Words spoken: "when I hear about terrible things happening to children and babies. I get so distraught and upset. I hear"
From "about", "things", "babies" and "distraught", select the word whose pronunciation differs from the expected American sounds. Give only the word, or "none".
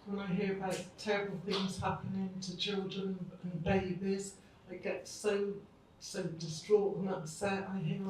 none